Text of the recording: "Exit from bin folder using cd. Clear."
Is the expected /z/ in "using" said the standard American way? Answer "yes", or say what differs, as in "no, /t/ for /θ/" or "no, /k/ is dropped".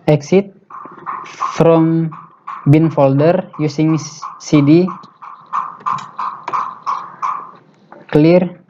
no, /s/ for /z/